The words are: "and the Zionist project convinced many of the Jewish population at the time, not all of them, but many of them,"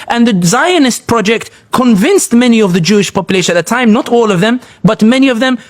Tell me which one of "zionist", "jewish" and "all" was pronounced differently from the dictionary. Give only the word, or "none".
none